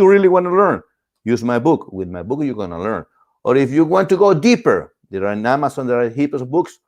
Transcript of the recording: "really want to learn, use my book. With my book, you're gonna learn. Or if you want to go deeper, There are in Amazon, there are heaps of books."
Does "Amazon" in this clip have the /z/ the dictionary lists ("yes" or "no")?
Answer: no